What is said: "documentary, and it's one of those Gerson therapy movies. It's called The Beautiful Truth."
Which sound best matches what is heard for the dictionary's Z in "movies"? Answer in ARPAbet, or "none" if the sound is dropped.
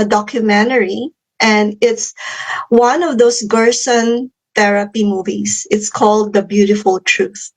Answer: S